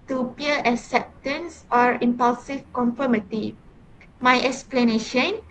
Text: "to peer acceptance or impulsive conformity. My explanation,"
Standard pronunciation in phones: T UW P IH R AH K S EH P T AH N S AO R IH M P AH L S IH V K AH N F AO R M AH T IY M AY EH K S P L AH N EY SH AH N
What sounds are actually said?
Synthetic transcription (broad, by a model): T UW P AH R AH K S EH P T AH N S AO R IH M P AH L S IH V K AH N F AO M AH T IY M AY EH K S P L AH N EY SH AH N